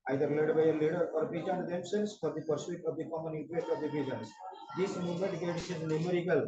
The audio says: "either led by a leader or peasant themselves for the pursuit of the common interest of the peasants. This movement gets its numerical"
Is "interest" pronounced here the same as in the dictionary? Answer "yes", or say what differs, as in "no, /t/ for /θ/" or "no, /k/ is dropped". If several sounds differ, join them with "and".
no, /s/ is dropped